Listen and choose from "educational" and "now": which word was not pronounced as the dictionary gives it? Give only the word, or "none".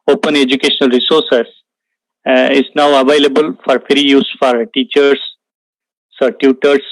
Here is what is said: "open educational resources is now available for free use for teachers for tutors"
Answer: none